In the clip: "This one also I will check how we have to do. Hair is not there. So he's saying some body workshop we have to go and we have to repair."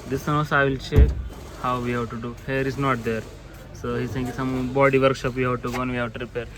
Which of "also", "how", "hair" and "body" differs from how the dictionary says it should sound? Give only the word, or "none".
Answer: also